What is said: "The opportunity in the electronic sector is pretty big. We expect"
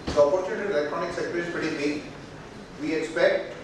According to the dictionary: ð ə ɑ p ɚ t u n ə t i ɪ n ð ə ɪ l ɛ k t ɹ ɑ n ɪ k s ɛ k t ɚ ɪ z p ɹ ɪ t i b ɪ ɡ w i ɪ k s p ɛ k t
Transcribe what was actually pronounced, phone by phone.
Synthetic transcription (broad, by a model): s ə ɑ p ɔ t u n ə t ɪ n l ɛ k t ɹ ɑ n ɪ k s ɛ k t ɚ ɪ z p ɪ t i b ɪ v i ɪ k s p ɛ k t